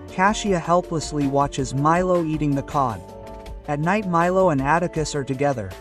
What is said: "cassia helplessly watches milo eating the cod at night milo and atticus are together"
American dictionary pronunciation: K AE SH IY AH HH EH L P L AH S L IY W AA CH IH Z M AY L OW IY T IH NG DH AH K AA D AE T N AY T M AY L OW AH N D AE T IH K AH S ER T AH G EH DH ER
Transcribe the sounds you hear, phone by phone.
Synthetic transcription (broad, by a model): K AE SH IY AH HH EH L P L AH S L IY W AA CH IH Z M AY L OW IY T IH NG DH AH K AA D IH T N AY T M AY L OW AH N AE T IH K AH S ER T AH G EH DH ER